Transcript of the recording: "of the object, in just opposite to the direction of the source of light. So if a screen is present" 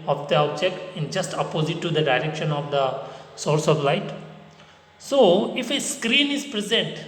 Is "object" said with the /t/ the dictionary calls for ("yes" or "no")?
no